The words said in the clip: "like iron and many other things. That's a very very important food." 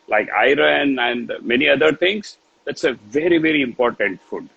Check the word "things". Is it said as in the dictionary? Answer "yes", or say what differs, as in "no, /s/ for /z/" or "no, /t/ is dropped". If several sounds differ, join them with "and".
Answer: no, /t/ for /θ/